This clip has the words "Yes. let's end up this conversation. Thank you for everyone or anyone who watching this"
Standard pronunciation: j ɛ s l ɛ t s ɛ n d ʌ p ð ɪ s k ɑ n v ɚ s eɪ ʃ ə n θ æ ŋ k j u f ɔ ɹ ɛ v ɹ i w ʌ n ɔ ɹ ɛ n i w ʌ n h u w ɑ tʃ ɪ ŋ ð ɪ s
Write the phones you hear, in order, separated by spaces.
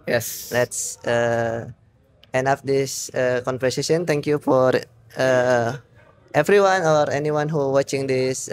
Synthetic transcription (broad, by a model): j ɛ s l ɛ t s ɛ n ʌ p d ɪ s k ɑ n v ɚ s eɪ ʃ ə n t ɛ ŋ k j u f ɔ ɹ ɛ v ɹ i w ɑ n ɔ ɹ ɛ n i w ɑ n h u w ɑ tʃ ɪ ŋ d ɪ s